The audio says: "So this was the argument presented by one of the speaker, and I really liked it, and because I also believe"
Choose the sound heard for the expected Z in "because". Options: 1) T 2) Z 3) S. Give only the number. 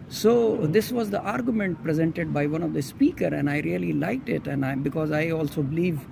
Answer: 2